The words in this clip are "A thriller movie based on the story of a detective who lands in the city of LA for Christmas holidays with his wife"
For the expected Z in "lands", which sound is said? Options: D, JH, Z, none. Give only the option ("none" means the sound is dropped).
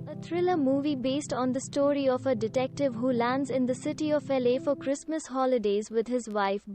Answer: Z